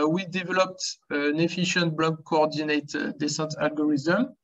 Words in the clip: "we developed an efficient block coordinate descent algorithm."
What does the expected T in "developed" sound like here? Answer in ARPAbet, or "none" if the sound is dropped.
T